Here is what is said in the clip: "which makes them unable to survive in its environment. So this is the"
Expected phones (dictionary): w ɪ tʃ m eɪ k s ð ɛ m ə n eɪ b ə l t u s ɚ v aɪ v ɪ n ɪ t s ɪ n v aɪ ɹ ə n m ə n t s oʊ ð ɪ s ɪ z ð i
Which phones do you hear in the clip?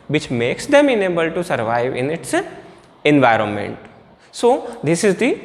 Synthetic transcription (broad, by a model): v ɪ tʃ m eɪ k s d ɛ m ə n eɪ b ə l t u s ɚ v aɪ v ɪ n ɪ t s ɪ n v aɪ ɹ ə n m ə n t s oʊ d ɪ s ɪ z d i